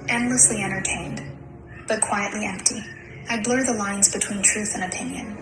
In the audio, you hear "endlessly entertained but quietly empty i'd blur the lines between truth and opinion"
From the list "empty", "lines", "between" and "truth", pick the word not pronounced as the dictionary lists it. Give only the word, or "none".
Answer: none